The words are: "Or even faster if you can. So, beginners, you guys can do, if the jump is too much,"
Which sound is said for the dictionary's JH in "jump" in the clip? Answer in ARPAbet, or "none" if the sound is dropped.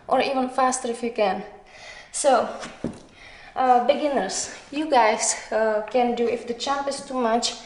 CH